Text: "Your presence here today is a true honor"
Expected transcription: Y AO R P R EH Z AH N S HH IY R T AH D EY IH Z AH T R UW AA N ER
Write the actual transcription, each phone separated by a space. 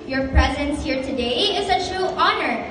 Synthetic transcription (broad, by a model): Y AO R P R EH Z AH N S HH IY R T AH D EY IH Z AH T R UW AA N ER